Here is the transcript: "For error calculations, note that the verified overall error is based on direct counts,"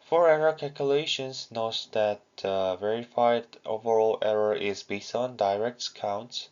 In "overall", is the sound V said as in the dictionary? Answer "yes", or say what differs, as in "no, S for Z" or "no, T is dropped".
yes